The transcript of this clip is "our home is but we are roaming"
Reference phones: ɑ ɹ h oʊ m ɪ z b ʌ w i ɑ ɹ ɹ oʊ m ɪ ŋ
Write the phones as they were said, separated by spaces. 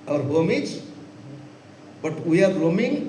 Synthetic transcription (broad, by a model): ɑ ɹ h oʊ m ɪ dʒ b ʌ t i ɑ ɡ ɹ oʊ m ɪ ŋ